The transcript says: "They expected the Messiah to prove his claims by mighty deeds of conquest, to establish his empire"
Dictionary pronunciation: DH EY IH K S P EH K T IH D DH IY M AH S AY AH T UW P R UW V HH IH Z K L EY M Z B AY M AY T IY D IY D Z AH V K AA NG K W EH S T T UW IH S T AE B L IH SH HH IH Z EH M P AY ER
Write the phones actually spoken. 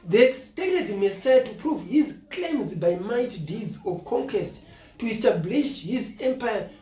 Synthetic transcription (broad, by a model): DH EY IH K S P EH K T IH D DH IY M AH S AY AH T UW P R UW V HH IH Z K L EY M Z B AY M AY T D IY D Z AH V K AA NG K W EH S T T UW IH S T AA B L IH SH HH IH Z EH M P AY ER